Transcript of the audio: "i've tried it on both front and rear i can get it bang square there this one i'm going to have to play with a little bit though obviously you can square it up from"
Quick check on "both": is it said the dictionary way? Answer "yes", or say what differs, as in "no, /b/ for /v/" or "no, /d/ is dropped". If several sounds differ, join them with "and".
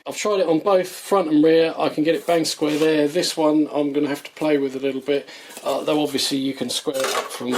yes